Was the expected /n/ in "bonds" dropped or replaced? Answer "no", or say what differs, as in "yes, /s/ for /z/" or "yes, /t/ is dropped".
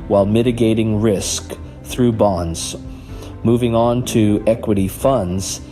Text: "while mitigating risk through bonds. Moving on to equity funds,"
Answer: no